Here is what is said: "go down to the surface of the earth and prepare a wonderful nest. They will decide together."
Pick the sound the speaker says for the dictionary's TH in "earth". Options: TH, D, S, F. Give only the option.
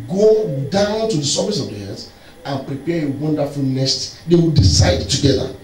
S